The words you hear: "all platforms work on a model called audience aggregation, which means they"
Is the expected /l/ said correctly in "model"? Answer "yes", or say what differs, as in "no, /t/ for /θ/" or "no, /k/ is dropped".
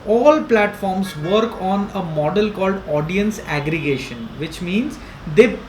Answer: yes